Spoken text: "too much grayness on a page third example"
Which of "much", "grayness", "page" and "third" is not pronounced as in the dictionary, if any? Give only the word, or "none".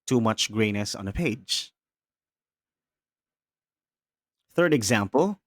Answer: none